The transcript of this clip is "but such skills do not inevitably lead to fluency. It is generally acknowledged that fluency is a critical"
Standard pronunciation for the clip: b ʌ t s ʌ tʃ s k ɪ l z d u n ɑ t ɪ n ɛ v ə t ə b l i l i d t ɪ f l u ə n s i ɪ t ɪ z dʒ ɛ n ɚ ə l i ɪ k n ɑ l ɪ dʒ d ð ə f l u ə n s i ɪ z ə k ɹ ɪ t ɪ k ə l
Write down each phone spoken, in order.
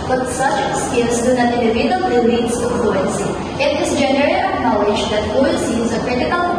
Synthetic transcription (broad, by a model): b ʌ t s ʌ tʃ s k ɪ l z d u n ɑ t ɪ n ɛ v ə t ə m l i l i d s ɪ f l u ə n s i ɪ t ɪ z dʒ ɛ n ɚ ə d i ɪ n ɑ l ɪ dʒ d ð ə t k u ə l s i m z ə k ɹ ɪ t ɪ k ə l